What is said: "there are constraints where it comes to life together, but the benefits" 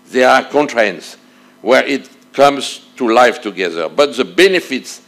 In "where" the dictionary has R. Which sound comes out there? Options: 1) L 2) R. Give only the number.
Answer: 2